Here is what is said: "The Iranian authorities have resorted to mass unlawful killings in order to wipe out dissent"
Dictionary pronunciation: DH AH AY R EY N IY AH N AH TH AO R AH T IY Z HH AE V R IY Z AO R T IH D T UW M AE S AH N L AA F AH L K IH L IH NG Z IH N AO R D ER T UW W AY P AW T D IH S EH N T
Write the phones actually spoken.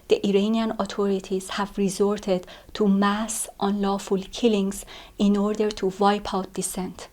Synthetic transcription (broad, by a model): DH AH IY R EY N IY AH N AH T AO R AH T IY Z HH AE V R IY Z AO R T IH D T UW M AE S AH N L AA F AH L K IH L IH NG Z IH N AO R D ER T UW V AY P AW T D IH S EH N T